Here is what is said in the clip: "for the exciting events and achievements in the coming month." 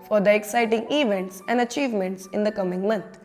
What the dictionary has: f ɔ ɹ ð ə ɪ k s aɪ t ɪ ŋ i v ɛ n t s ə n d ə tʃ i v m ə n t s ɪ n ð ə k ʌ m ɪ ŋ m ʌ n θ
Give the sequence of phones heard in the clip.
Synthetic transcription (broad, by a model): f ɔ ɹ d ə ɪ k s aɪ t ɪ ŋ i v ɛ n t s ə n d ə tʃ i v m ə n t s ɪ n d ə k ʌ m ɪ ŋ m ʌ n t